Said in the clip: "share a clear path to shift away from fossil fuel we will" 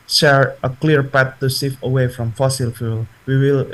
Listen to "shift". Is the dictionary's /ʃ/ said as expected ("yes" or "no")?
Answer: no